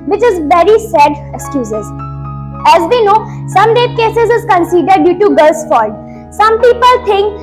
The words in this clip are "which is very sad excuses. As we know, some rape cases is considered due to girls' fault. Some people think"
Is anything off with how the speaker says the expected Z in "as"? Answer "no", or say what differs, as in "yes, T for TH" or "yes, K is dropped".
no